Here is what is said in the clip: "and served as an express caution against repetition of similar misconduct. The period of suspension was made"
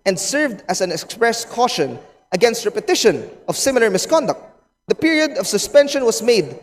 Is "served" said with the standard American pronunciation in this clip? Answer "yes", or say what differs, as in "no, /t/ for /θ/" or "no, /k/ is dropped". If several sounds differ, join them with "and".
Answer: yes